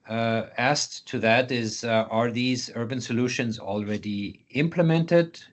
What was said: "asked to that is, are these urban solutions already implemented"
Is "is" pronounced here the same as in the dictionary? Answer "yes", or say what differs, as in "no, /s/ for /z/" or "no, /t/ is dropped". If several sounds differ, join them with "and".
yes